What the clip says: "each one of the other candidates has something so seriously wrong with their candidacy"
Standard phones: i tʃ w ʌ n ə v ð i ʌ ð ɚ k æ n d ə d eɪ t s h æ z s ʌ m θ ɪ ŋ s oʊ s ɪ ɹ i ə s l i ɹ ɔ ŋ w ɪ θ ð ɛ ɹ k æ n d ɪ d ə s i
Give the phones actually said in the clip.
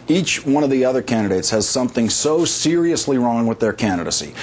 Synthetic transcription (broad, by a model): i tʃ w ʌ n ə v ð i ʌ ð ɚ k æ n d ə d eɪ t s h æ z s ʌ m θ ɪ ŋ s oʊ s ɪ ɹ i ə s l i ɹ ɔ ŋ w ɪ ð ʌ ɹ k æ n d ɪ d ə s i